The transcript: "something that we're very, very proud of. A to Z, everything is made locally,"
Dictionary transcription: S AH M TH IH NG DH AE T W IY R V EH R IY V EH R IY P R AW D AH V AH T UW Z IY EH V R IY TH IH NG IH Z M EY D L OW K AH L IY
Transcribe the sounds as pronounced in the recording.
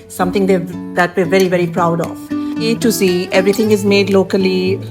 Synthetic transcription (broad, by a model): S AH M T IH NG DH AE T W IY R V EH R IY V EH R IY P R AW D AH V AH T UW S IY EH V R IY T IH NG IH Z M EY D L OW K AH L IY